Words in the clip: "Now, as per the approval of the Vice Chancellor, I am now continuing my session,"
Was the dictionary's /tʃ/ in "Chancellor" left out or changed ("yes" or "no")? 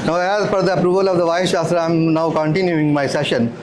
yes